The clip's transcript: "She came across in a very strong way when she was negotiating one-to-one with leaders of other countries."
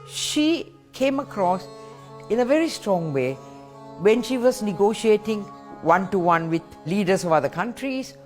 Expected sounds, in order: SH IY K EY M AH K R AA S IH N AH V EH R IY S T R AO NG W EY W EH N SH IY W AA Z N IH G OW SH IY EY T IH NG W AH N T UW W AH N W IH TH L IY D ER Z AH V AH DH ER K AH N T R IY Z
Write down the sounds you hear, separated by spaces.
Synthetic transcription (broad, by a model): SH IY K EY M AH K R AA S IH N AH V EH R IY S T R AO NG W EY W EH N SH IY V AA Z N IH G OW SH IY EY T IH NG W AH N T UW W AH N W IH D L IY D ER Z AH V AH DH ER K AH N T R IY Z